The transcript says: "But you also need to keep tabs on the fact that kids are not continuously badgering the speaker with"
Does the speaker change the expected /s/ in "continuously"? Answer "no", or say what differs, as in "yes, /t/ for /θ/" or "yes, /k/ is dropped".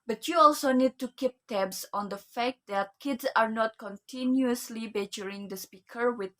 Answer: no